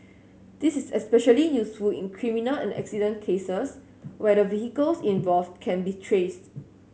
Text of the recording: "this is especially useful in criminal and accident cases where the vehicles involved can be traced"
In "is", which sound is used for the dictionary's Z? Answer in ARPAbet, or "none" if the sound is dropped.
S